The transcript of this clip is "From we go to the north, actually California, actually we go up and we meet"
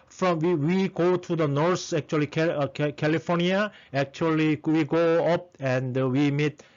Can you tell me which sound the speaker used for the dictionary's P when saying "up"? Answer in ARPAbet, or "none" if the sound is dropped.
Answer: P